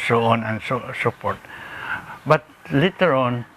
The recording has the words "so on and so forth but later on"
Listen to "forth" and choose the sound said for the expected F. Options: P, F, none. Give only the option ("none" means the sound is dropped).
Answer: P